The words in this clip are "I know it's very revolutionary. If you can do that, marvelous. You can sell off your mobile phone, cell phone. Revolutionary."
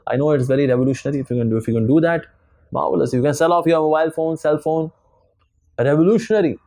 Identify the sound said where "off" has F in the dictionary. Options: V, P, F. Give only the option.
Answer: F